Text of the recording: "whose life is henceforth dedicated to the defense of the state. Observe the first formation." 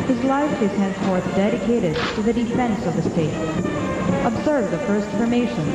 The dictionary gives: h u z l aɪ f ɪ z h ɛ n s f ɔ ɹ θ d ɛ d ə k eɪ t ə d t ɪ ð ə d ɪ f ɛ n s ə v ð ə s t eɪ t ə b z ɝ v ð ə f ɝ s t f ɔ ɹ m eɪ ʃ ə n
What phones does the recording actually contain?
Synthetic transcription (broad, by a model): h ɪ z l aɪ f ɪ z h ɛ n s f ɔ ɹ θ d ɛ d ə k eɪ t ə d t ɪ ð ə d ɪ f ɛ n s ə v ð ə s t eɪ t ə b z ɝ v ð ə f ɝ s t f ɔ ɹ m eɪ ʃ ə n